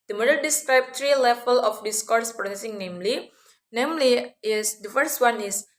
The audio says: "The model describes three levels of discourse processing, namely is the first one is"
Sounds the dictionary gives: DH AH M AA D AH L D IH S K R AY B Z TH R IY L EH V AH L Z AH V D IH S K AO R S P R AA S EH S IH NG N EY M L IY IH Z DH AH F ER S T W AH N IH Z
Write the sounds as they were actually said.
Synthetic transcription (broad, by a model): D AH M AA D AH L D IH S K R AY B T R IY L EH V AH L AH F D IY S K AO R S P R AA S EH S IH NG N EY M L IY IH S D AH F ER S T W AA N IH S